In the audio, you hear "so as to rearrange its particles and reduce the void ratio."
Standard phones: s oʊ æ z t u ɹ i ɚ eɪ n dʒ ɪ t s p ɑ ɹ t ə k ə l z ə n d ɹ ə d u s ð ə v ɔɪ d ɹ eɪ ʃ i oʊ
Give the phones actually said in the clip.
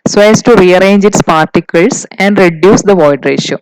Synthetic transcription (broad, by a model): s oʊ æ s t u ɹ i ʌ eɪ n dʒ ɪ t s p ɑ ɹ t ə k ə l s ə n d ɹ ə d u s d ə v ɔɪ d ɹ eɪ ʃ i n